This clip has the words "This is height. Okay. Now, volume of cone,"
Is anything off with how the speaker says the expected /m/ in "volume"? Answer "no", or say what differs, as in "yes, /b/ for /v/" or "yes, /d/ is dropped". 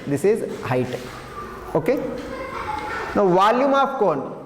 no